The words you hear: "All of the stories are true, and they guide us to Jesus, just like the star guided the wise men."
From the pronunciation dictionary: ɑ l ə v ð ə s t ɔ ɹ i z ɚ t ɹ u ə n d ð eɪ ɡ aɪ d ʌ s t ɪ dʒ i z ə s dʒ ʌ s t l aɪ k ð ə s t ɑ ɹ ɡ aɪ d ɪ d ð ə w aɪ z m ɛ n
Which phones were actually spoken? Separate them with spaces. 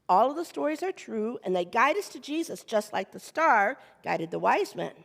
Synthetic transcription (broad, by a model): ɑ l ə v ð ə s t ɔ ɹ i z ɚ t ɹ u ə n ð eɪ ɡ aɪ d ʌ s t ɪ dʒ i z ə s dʒ ʌ s t l aɪ k ð ə s t ɑ ɹ ɡ aɪ d ɪ d ð ə w aɪ z m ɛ n